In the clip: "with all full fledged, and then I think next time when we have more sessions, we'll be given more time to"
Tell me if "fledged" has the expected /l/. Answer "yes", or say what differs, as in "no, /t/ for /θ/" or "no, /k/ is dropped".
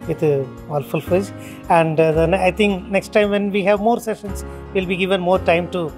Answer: no, /l/ is dropped